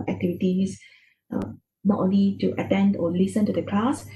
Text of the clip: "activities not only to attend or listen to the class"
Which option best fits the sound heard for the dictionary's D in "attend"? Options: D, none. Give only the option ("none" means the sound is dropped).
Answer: D